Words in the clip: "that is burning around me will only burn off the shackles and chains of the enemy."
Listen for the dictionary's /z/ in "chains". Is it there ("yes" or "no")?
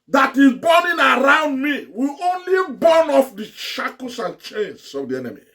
no